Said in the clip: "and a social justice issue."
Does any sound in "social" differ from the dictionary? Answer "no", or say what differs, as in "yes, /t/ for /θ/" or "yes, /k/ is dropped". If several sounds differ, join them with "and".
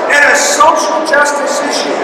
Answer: no